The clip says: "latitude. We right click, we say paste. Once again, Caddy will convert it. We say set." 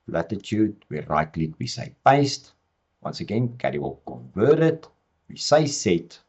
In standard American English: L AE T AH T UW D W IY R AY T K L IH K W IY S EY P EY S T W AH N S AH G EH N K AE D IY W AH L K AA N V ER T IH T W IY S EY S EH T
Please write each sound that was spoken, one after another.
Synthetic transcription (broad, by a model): L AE T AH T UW D W IY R AY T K L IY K W IY S EY P EY S T W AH N S AH G EH N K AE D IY W AH L K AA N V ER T IH T W IY S EY S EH T